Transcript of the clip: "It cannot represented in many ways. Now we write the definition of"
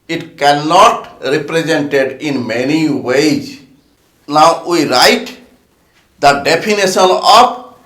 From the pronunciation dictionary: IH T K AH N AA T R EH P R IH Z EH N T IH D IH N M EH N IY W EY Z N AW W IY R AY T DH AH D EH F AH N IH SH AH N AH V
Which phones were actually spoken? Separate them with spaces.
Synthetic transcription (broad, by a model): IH T K AH N AA T R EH P R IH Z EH N T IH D IH N M EH N IY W EY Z N AW W IY R AY T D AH D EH P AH N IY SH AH N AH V